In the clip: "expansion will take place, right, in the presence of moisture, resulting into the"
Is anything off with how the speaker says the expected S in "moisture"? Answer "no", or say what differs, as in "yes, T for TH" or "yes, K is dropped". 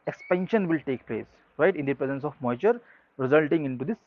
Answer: yes, S is dropped